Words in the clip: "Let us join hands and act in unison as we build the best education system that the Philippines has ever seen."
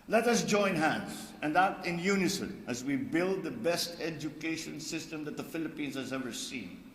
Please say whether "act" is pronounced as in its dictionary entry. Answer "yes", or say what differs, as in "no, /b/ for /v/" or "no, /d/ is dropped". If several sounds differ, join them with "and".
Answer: no, /k/ is dropped